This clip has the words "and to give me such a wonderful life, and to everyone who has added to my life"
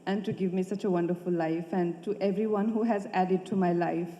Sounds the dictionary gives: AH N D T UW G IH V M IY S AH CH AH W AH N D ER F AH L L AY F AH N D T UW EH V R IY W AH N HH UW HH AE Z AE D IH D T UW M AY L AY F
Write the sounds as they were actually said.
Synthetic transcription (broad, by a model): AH N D T UW G IH V M IY S AH CH AH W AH N D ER F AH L L AY F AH N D T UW EH V R IY W AH N HH UW HH AE Z AE D IH D T UW M AY L AY F